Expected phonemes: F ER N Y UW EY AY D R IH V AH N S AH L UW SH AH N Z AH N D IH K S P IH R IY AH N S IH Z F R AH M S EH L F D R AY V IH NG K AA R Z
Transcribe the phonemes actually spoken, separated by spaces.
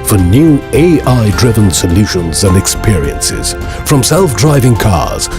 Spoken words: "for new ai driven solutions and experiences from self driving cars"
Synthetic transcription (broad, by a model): F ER N Y UW EY AY D R IH V AH N S AH L UW SH AH N Z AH N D IH K S P IH R IY AH N S IH Z F R AH M S EH L F D R AY V IH NG K AA R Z